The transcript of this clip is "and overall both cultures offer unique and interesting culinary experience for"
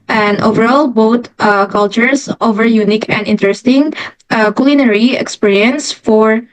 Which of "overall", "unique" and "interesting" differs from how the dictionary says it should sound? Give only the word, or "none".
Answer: none